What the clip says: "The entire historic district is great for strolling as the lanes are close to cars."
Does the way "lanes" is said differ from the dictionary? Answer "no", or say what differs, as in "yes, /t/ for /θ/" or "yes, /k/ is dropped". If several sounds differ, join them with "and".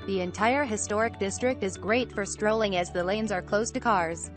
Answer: no